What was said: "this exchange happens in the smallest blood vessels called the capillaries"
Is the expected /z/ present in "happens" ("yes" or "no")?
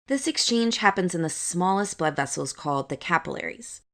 yes